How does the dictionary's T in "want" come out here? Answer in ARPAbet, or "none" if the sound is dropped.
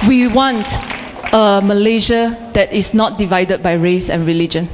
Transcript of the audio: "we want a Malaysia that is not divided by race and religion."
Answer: T